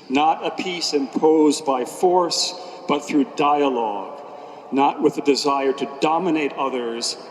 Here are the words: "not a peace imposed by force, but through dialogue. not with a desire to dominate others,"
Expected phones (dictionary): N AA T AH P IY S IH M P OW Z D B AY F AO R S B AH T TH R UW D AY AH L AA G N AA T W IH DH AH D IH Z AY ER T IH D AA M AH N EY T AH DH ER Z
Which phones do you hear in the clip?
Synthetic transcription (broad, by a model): N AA T AH P IY S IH M P OW Z B AY F AO R S B AH T TH R UW D AY AH L AA G N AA T W IH DH AH D IH Z AY ER T IH D AA M AH N EY T AH DH ER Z